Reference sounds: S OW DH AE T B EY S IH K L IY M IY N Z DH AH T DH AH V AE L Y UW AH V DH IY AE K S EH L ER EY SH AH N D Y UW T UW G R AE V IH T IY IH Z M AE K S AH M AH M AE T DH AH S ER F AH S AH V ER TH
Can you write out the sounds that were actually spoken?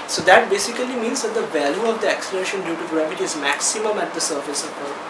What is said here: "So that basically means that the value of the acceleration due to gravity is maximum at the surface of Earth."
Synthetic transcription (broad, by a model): S OW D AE T B EY S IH K L IY M IY N Z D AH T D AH V AE L Y UW AH V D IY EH K S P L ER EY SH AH N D Y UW T UW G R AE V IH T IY IH Z M AE K S AH M AH M AE T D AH S ER F AH S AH P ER